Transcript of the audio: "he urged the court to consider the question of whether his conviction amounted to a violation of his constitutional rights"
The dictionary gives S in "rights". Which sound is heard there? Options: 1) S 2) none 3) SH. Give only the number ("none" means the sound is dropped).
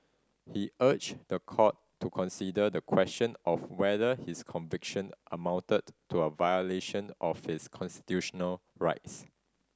1